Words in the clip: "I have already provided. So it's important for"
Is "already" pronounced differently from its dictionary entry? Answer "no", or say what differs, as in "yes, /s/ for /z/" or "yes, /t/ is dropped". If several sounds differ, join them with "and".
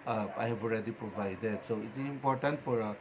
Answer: no